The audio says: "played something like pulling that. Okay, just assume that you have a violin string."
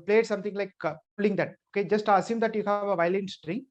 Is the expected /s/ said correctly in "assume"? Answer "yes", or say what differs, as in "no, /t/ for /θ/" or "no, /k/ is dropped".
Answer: yes